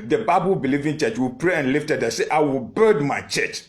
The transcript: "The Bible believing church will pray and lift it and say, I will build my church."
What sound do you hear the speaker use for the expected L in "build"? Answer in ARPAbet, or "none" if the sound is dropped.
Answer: none